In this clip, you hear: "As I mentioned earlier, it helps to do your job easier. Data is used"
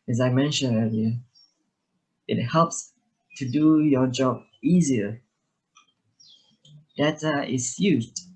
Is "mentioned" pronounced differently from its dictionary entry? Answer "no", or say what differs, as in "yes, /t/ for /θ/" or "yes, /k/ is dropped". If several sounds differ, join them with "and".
yes, /d/ is dropped